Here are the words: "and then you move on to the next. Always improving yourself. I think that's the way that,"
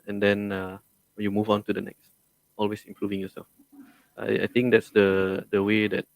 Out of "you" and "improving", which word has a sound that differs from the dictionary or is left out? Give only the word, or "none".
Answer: none